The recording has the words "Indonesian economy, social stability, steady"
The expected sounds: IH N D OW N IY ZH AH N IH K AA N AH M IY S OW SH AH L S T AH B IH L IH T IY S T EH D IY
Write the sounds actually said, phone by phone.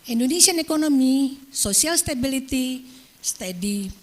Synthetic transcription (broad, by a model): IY N D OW N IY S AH N IH K AA N AH M IY S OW S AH L S T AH B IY L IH T IY S T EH D IY